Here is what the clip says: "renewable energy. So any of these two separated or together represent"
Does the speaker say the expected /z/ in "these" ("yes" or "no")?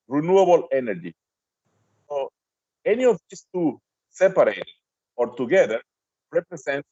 no